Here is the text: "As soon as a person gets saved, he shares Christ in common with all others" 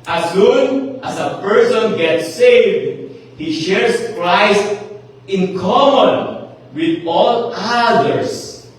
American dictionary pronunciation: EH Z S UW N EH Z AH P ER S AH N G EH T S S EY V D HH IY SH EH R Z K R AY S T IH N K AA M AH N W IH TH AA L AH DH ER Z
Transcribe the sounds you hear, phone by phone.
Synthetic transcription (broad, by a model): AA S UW N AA S AH P ER S AH N G EH T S S EY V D HH IY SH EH R S K R AY S T IH N K AA M AH N W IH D AA L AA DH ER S